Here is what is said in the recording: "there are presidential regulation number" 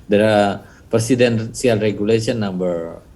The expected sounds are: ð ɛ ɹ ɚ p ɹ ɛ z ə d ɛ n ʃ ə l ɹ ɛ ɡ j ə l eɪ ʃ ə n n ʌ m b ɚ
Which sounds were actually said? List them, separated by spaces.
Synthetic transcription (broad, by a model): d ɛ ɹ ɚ p ɹ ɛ s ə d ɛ n s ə l ɹ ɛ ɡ j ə l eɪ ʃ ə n n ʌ m b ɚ